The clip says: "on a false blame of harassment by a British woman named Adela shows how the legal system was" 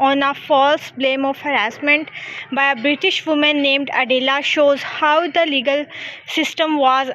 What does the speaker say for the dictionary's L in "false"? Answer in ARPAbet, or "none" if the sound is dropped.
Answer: L